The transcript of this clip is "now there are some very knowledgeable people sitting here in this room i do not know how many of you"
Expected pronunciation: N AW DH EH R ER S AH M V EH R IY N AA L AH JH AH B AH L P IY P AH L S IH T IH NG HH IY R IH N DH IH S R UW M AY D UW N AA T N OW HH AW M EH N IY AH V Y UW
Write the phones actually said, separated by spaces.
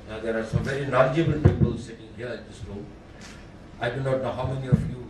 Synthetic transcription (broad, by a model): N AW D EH R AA S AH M V EH R IY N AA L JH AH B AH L P IY P AH L S IH T IH NG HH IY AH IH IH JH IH S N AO AY D UW N AA T N OW HH AW M EH N IY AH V Y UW